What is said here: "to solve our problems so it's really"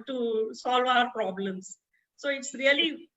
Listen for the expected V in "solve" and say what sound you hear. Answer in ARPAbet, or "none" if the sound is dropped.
V